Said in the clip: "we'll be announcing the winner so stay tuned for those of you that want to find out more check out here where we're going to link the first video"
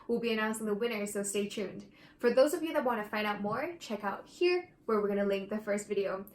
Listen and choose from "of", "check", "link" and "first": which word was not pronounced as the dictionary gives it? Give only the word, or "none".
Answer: none